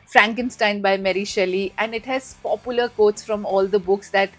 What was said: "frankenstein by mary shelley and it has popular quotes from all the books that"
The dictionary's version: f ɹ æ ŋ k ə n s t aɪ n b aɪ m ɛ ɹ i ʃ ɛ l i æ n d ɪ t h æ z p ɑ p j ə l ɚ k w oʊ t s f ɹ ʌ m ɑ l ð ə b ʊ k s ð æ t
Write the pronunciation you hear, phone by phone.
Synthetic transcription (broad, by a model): f ɹ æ ŋ k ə n s t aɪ n b aɪ m ɛ ɹ i ʃ ɛ l i æ n d ɪ t h æ z p ɑ p j ə l ɚ k oʊ t s f ɹ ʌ m ɑ l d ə b ʊ k s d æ t